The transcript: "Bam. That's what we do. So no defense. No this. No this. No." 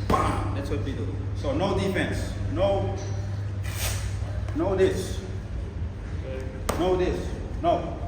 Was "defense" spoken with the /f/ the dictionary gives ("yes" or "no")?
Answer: no